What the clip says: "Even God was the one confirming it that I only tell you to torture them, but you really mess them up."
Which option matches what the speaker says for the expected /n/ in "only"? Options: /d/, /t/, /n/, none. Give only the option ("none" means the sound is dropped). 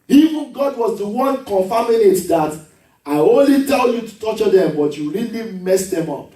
/n/